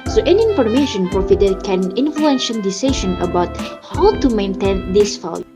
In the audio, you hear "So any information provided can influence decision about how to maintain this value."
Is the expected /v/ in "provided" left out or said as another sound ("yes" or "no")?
yes